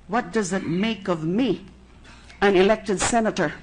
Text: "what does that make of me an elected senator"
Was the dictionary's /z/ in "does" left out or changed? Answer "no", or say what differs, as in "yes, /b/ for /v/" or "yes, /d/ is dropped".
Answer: no